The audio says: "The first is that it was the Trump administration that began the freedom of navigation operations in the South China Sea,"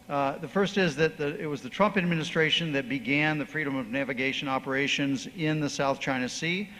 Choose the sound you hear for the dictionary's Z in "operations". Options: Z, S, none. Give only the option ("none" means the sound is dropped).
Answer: Z